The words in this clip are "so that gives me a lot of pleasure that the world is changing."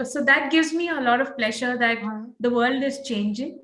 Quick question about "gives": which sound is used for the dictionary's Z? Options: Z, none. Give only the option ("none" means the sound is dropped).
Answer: Z